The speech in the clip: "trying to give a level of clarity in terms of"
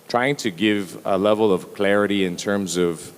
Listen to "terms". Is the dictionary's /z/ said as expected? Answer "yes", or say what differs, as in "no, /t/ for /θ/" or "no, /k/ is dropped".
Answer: yes